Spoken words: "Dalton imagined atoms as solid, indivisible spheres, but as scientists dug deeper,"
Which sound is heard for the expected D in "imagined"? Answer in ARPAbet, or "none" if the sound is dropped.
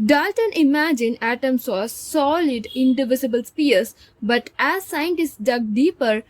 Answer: none